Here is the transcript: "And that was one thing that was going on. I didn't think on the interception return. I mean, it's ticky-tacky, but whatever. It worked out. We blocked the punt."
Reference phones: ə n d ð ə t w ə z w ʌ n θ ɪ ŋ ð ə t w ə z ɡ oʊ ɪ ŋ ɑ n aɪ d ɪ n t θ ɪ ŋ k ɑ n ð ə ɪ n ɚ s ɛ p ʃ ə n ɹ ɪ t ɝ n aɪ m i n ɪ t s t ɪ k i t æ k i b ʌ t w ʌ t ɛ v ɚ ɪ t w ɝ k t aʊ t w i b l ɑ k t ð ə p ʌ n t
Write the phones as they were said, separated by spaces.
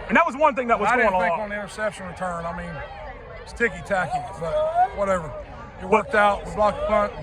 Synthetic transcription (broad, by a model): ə n ð ə t w ə z w ʌ n θ ɪ ŋ ð ə t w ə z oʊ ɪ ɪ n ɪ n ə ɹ s ɛ p ʃ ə n ɹ ɪ t ɝ n aɪ m i n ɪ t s t ɪ k i t æ k i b ʌ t w ʌ t ɛ v ɚ ɪ t w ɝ k t aʊ t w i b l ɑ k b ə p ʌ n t